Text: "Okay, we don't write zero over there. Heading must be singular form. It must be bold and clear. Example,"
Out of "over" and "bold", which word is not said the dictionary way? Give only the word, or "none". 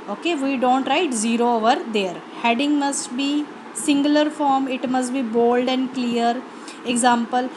none